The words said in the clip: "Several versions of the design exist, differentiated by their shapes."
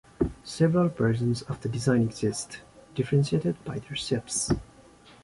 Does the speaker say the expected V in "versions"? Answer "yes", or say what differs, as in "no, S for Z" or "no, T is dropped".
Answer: no, P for V